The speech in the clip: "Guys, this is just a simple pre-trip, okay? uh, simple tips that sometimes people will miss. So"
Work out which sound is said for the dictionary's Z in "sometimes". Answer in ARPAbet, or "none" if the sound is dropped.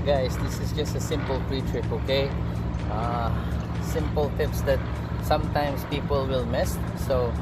S